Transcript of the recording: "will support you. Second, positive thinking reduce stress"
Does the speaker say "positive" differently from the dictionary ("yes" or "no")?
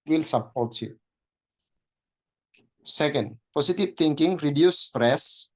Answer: yes